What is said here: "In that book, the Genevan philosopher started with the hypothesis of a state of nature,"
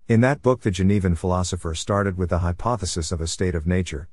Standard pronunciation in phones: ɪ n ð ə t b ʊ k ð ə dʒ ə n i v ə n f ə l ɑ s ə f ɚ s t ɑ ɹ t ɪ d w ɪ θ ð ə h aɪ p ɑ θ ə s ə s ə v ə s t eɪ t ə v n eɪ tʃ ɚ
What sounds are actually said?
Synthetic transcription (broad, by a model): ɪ n ð ə t b ʊ k ð ə dʒ ə n i v ə n f ə l ɑ s ə f ɚ s t ɑ ɹ t ɪ d w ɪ ð ə h aɪ p ɑ θ ə s ə s ə v ə s t eɪ t ə v n eɪ tʃ ɚ